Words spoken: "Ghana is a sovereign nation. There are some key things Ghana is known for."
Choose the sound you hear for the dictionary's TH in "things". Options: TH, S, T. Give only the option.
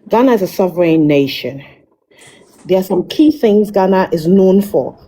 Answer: TH